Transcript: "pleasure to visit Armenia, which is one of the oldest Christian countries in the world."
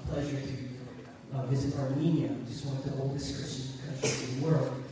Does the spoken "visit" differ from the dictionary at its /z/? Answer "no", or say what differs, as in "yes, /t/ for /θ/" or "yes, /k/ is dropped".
no